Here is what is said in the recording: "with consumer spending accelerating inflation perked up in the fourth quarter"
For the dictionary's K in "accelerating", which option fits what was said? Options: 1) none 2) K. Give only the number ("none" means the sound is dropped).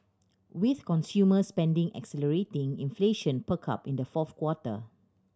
2